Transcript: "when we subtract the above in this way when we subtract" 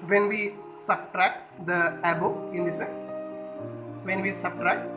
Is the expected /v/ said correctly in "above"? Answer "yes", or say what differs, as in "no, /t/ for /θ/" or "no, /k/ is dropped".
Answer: no, /v/ is dropped